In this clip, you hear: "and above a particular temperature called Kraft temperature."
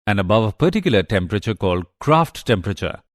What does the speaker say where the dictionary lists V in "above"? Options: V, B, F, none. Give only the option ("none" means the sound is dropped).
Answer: V